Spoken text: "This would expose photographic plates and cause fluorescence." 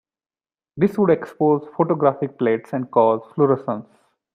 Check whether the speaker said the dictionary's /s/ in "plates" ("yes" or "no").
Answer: yes